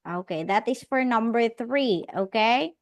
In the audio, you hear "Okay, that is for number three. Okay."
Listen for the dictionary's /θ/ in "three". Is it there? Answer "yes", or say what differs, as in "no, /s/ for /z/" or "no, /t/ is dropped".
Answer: yes